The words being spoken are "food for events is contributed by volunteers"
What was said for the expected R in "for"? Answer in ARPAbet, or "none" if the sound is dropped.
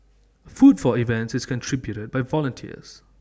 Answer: L